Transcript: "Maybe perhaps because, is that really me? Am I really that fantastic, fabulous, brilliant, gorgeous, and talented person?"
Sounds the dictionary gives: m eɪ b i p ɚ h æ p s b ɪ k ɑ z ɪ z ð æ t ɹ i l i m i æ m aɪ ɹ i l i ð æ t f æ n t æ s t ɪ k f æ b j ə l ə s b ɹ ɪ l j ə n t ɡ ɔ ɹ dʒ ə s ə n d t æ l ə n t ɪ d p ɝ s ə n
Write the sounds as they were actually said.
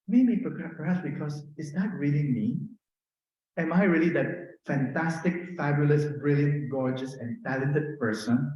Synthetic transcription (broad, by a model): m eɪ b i p ɚ h æ p s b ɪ k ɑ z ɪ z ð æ t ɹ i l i m i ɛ m aɪ ɹ i l i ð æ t f æ n t æ s t ɪ k f æ b j ə l ə s b ɹ ɪ l j ə n t ɡ ɔ ɹ dʒ ə s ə n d t æ l ə n t ɪ d p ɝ s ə n